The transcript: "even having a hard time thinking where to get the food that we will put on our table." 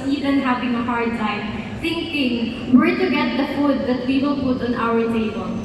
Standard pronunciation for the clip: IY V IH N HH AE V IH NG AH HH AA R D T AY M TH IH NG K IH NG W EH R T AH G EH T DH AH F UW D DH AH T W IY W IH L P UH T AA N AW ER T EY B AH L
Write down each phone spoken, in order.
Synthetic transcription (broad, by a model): IY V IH N HH AE V IH NG AH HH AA R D S AY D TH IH NG K IH NG W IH R T AH G EH T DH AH F UW D DH AH T W IY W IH L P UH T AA N AW ER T EY B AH L